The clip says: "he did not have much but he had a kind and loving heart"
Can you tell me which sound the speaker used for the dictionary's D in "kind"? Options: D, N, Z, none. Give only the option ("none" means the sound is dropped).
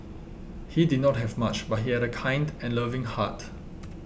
D